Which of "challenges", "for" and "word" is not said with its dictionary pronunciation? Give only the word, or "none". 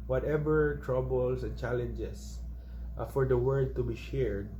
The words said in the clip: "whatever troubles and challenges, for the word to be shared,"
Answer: challenges